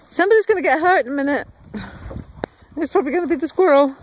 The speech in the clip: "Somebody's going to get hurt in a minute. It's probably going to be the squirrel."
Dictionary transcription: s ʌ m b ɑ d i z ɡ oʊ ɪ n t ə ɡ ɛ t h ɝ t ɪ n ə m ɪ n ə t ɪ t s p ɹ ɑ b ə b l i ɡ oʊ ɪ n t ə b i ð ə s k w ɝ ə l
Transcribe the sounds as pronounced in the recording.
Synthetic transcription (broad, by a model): s ʌ m b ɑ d i z ɡ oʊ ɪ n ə ɡ ɛ t h ɝ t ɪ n ə m ɪ n ə t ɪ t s p ɹ ɑ b ə b l i ɡ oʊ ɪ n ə b i ð ə s k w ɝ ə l